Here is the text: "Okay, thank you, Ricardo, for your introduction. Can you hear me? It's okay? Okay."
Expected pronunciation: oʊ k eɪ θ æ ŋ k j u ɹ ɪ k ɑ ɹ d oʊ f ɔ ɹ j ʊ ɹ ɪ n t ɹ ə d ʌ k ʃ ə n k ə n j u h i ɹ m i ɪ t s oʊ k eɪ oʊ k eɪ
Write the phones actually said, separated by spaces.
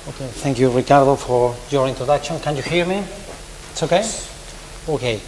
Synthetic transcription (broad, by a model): oʊ k eɪ θ æ ŋ k j u ɹ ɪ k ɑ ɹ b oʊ f ɔ ɹ j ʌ ɹ ɪ n t ɹ ə d ʌ k ʃ ə n k ə n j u h i ɹ m i ɪ t s oʊ k eɪ oʊ k eɪ